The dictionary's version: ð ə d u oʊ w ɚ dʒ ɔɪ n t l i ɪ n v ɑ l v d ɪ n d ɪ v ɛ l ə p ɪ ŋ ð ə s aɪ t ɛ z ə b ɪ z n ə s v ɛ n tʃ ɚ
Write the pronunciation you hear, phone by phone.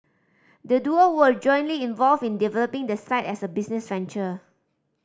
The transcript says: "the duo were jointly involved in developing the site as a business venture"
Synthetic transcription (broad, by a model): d ə d u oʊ w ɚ dʒ ɔɪ n t l i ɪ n v ɑ l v ɪ n d ɪ v ɛ l ə p ɪ ŋ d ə s aɪ t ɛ s ə b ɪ s n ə s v ɛ n tʃ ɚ